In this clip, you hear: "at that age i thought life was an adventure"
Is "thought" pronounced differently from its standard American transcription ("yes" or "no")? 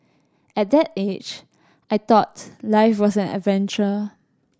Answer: yes